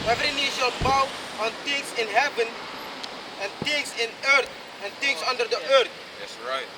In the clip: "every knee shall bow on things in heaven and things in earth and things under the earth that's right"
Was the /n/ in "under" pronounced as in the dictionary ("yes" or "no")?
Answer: yes